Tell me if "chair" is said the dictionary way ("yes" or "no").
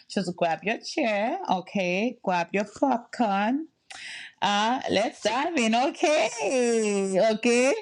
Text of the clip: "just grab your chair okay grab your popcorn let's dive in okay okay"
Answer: yes